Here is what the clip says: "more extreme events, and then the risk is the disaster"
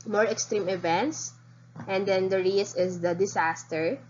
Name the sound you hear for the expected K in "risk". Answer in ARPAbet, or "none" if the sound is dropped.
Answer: none